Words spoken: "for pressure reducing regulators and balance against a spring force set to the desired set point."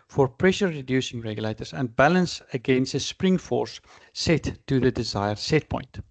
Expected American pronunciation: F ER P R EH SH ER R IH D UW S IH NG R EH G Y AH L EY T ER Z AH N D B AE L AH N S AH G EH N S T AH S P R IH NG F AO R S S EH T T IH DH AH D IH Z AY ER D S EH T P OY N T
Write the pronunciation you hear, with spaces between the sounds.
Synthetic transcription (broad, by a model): F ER P R EH SH ER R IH D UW S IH NG R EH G Y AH L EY T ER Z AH N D B AE L AH N S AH G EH N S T AH S P R IH NG F AO R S S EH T T IH DH AH D IH Z AY ER D S EH T P OY N T